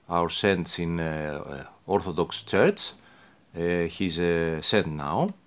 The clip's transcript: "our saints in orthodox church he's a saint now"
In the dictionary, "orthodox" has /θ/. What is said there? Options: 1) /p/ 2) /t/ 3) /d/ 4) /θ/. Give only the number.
4